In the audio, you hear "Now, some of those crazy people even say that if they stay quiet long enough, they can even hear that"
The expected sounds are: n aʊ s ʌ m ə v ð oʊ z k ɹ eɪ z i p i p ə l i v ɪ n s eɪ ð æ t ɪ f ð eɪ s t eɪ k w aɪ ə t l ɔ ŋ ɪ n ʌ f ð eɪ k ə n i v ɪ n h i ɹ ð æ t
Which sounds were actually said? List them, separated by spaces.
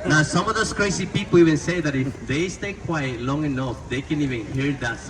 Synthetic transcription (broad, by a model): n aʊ s ʌ m ə v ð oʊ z k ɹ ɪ s i p i p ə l i v ɪ n s eɪ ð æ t ɪ f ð eɪ s t eɪ k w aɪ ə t l ɔ ŋ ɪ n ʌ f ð eɪ k ə n i v ɪ n h i ɹ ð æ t